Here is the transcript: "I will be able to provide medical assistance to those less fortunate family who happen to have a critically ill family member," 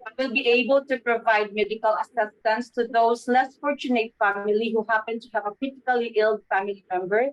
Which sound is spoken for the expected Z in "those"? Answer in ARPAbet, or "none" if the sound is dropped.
S